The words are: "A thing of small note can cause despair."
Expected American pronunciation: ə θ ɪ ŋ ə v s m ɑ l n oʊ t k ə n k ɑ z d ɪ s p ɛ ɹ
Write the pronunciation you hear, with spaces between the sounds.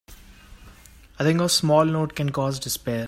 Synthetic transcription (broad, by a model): ə t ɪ ŋ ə s m ɑ l n oʊ t k ə n k ɑ z d ɪ s p ɛ ɹ